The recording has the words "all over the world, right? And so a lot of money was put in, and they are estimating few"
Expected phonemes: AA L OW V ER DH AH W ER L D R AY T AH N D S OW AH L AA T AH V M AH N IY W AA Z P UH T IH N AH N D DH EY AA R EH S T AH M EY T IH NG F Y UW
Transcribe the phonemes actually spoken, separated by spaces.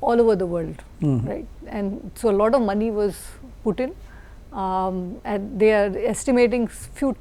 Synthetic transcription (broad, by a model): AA L OW V ER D AH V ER L D R AY T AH N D S OW AH L AA T AH V M AH N IY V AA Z P UH T IH N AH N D EY AA R EH S T AH M EY T IH NG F Y UW